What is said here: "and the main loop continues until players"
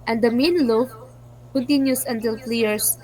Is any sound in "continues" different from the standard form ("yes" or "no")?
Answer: yes